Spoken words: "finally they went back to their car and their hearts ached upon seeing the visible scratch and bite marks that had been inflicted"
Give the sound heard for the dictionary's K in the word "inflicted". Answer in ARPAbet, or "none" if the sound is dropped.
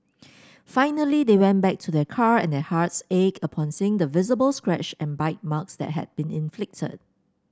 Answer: K